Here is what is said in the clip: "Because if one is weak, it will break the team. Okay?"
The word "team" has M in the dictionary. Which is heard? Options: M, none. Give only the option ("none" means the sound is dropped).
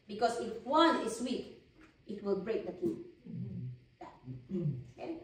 none